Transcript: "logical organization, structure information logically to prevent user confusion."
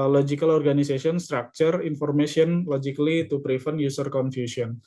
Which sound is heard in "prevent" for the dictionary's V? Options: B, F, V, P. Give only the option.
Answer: F